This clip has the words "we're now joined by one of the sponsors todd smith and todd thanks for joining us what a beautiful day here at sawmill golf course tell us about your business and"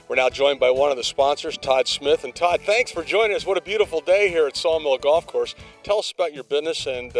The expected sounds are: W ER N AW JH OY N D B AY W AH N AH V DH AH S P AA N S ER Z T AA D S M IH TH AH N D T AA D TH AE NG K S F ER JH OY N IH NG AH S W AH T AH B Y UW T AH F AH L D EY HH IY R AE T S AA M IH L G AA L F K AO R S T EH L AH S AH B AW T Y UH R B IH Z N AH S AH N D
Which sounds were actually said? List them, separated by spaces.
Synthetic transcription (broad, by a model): W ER N AW JH OY N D B AY W AH N AH V DH AH S P AA N S ER Z T AA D S M IH TH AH N T AA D TH AE NG K S F ER JH OY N IH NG AH S W AH T AH B Y UW T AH F L D EY HH IY R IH T S AA M IH L G AA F K AO R S T EH L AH S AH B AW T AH R B IH Z N AH S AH N